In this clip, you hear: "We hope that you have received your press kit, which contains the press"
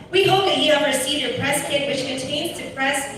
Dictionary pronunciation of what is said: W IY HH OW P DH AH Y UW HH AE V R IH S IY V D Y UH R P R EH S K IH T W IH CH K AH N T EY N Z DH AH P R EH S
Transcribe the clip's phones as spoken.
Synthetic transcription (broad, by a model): W IY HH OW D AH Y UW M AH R S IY D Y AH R P R EH S K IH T W IH CH K AH N T EY N Z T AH P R EH S